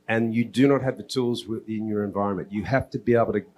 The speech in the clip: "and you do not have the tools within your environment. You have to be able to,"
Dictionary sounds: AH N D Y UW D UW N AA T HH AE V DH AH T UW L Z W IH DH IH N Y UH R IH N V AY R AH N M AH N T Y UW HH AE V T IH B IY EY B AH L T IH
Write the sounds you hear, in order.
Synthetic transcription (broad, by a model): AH N Y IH D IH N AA T HH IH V DH AH T UW L Z W IH DH IH N Y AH R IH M V AY R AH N M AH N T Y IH HH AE F T IH B IY EY B L T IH